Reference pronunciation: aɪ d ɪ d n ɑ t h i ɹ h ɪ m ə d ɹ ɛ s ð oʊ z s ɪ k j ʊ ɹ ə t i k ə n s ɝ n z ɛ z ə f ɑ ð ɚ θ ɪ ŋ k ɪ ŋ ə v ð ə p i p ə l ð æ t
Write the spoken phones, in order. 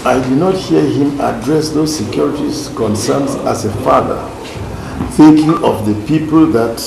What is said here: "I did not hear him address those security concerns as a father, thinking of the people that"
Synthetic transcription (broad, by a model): aɪ d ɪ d n ɑ t h i ɹ h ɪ m ə d ɹ ɛ s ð oʊ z s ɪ k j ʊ ɹ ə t i k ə n s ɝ n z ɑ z ə f ɑ ð ɚ θ ɪ ŋ k ɪ ŋ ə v ð ə p i p ə l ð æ t